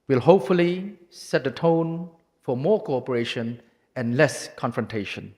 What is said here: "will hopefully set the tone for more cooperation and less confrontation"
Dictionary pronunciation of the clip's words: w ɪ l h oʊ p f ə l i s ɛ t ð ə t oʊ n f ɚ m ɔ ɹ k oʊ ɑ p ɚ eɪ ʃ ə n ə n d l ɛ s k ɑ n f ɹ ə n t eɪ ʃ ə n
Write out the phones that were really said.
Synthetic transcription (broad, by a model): w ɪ l h oʊ p f ə l i s ɛ t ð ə t oʊ n f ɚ m ɔ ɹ k oʊ ɑ p ɚ eɪ ʃ ə n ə n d l ɛ s k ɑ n f ɹ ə n t eɪ ʃ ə n